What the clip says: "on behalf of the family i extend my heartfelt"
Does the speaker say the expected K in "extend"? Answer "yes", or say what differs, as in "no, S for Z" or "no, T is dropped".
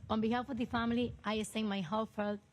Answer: no, K is dropped